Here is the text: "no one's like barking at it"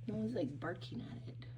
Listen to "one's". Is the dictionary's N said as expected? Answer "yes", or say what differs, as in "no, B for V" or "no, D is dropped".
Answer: no, N is dropped